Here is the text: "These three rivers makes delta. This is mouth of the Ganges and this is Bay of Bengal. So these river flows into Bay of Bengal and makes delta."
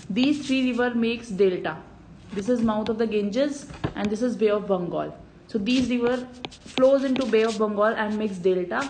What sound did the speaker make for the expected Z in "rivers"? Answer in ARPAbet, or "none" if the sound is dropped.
none